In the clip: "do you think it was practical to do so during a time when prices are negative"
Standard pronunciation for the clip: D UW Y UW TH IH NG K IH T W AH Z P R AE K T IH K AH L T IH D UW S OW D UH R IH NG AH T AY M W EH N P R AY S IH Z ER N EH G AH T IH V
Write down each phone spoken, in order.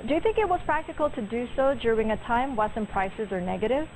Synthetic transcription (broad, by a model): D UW Y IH TH IH NG K IH T W AH Z P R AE K T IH K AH L T IH D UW S OW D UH R IH NG AH T AY M W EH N P R AY S IH Z ER N EH G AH T IH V